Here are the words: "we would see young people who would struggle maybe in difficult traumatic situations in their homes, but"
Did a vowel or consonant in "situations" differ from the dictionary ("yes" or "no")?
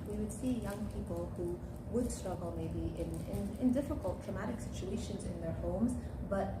no